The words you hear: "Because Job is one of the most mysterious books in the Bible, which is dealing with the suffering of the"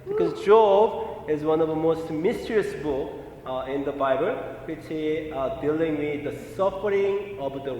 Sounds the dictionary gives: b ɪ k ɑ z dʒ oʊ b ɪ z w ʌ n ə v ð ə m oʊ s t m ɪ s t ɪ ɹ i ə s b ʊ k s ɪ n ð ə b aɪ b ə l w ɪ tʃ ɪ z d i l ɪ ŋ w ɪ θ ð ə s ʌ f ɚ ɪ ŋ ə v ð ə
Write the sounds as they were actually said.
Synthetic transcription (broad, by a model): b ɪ k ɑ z dʒ oʊ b ɪ z w ʌ n ə v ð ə m oʊ s t m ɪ s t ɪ ɹ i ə s b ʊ k ɪ n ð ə b aɪ b ə l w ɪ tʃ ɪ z d i l ɪ ŋ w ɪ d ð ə s ʌ f ɚ ɪ ŋ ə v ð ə